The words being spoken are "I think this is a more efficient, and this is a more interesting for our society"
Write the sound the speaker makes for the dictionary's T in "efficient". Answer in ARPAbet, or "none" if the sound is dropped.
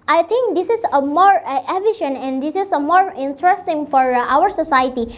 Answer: none